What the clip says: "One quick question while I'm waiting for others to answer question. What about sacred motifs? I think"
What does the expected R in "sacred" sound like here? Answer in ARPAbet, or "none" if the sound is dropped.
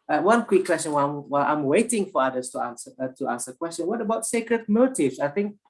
R